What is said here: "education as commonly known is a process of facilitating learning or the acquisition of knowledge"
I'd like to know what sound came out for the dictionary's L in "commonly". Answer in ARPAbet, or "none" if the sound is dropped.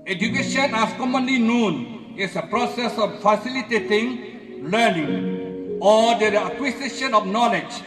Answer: L